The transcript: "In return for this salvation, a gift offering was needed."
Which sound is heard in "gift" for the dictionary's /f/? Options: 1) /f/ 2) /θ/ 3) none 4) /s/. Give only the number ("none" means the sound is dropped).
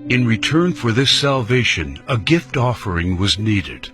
1